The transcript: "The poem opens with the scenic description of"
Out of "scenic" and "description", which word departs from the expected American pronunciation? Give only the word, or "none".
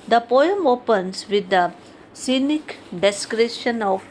description